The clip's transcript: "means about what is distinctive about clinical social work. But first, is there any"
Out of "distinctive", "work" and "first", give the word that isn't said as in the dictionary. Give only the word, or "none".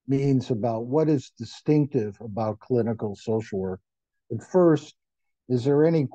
none